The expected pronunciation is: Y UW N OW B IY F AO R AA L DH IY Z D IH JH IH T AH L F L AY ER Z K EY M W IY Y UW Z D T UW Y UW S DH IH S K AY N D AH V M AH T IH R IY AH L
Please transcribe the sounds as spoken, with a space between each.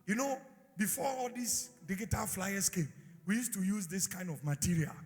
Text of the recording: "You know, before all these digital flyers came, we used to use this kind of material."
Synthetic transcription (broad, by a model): Y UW N OW B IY F AO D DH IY S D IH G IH T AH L F L AY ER S K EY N W IY Y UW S T UW Y UW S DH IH S K AY N D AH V M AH T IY R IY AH L